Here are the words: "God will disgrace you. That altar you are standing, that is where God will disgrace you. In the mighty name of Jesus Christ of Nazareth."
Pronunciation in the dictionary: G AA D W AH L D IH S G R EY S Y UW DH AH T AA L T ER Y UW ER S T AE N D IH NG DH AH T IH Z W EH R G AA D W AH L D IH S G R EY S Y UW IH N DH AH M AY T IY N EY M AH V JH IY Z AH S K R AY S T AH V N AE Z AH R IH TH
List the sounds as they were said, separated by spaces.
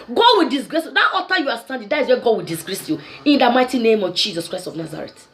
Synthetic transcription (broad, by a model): G AA D W AH L D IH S G R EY S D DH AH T AA T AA Y UW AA S T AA N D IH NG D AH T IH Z W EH G AA D W AH L D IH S G R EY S Y UW IH N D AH M AY T IY N EY M AH V JH IY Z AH S K R AY S T AH V N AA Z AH R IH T